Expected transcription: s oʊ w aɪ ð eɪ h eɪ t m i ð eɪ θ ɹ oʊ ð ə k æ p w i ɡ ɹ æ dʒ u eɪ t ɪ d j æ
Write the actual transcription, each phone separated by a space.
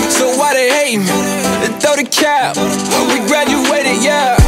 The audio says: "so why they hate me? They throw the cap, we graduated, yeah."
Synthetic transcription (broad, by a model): s oʊ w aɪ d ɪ h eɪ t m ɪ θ oʊ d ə k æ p w i ɡ ɹ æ dʒ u eɪ t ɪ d j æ